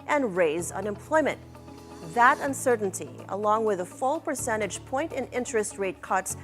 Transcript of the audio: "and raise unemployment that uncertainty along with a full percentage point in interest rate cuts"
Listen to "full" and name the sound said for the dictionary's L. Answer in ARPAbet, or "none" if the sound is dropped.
L